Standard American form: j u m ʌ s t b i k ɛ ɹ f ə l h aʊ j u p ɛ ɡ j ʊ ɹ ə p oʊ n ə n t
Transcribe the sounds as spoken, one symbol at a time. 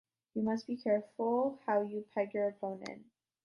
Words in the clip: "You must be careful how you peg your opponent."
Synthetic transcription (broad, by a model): j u m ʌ s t b i k ɛ ɹ f l h aʊ j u p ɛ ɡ j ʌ ɹ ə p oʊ n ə n